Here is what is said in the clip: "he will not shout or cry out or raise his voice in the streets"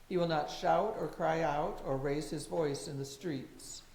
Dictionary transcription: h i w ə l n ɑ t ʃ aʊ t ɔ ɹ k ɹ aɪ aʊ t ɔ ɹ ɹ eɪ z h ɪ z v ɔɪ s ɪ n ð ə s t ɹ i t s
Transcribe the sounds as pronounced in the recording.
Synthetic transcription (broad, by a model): h i w ə l n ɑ t ʃ aʊ t ɔ ɹ k ɹ aɪ aʊ t ɔ ɹ ɹ eɪ z h ɪ z v ɔɪ s ɪ n ð ə s t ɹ i t s